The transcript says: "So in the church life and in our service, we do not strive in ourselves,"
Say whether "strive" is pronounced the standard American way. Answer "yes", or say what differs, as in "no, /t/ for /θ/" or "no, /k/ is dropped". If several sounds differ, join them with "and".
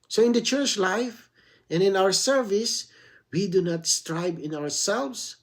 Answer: no, /b/ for /v/